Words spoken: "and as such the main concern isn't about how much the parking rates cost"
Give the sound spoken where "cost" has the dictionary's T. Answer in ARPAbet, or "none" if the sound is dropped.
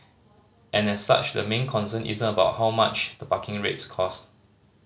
T